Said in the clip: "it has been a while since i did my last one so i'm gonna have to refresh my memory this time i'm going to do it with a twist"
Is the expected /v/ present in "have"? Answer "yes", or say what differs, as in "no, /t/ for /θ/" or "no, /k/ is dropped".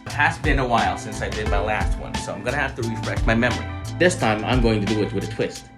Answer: no, /f/ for /v/